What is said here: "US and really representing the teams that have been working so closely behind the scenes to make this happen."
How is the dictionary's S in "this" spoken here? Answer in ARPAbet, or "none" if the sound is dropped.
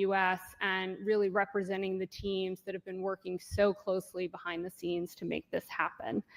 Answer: S